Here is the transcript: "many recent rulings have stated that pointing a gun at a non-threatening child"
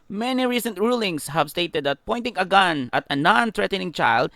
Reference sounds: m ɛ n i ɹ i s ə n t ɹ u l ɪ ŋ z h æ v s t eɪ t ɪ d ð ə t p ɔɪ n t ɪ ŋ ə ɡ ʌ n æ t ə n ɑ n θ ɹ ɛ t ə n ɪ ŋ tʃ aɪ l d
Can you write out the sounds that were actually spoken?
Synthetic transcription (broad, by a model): m ɛ n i ɹ i s ə n t ɹ u l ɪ ŋ s h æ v s t eɪ t ɪ d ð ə t p ɔɪ n t ɪ ŋ ə ɡ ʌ n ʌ t ə n ɑ n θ ɹ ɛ t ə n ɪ ŋ tʃ aɪ l d